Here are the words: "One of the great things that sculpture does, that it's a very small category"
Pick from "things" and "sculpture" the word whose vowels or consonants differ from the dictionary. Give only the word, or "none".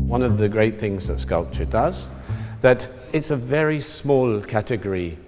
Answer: none